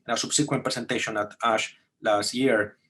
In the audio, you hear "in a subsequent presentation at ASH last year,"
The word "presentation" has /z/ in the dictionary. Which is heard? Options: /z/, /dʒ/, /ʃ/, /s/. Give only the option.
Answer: /s/